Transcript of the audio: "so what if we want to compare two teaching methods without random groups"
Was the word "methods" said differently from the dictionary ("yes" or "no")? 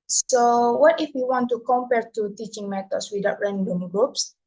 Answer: yes